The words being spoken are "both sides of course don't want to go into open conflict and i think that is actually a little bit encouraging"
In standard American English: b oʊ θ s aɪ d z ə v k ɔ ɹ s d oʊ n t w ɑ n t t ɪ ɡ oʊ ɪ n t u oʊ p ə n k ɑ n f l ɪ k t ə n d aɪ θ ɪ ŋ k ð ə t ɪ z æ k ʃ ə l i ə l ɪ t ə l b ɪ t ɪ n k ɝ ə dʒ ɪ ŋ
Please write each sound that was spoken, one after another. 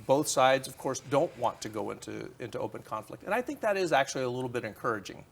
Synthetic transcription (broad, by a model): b oʊ θ s aɪ d z ə v k ɔ ɹ s d oʊ n t w ɑ n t t ɪ ɡ oʊ ɪ n t u oʊ p ə n k ɑ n f l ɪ k t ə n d aɪ θ ɪ ŋ k ð ə t ɪ z æ k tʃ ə l i ə l ɪ t l b ɪ t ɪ n k ɝ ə dʒ ɪ ŋ